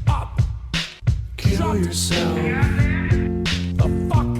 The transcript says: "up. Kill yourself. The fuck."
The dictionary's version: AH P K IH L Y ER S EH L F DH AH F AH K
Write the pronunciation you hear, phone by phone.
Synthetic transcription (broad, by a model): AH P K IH N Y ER S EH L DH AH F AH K